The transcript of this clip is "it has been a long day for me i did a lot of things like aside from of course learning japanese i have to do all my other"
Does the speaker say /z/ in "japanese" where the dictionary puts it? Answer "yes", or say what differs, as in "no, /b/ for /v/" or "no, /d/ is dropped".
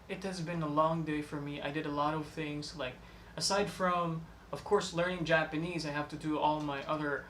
yes